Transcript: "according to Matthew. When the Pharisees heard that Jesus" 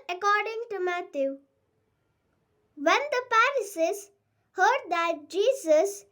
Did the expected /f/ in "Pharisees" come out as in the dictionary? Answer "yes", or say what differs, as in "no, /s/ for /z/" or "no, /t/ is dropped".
no, /p/ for /f/